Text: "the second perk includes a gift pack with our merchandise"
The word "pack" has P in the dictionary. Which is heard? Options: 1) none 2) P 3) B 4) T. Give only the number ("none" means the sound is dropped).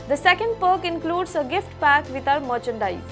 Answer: 2